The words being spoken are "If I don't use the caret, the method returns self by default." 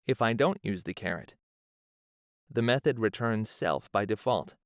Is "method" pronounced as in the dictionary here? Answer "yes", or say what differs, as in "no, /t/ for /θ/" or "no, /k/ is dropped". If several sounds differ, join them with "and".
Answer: yes